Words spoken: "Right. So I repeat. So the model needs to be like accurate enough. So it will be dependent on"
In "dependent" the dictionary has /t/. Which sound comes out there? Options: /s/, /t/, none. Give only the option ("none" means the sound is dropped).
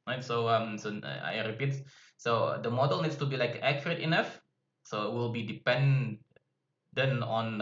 none